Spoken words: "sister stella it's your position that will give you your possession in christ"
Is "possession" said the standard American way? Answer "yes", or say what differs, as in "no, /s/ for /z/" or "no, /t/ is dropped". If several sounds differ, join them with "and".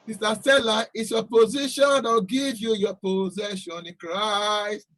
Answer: yes